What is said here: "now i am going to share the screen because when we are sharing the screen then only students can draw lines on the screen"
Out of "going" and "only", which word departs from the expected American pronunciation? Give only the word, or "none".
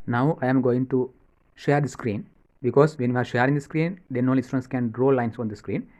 only